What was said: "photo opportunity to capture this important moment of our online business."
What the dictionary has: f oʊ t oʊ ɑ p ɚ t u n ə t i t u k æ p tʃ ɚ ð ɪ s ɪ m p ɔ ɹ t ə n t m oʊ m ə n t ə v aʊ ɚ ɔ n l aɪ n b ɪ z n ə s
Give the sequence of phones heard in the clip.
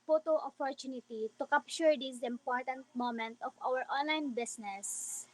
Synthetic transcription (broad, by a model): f oʊ t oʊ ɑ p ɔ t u n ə t i t u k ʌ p ʃ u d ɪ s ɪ m p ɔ ɹ t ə n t m oʊ m ə n t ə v aʊ ɚ ɔ n l aɪ n b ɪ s n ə s